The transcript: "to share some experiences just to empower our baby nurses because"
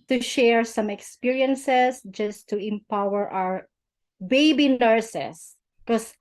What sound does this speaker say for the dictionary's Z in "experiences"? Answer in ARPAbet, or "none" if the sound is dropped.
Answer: S